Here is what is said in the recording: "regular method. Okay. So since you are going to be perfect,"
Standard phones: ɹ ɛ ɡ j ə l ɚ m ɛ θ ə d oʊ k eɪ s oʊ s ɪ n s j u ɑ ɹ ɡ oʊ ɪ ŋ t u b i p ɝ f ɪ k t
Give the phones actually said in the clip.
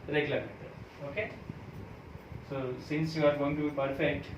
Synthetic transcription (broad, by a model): ɹ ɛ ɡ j l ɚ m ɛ t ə oʊ k eɪ s oʊ s ɪ n s j u ɑ ɹ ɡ oʊ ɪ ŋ t u b i p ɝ f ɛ k t